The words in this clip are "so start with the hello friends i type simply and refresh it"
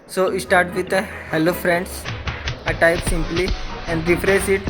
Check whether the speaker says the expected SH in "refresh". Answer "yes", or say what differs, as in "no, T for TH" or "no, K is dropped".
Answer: no, S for SH